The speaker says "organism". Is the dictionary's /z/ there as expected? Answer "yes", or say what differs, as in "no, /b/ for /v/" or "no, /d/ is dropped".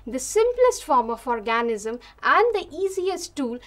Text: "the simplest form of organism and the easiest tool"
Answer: yes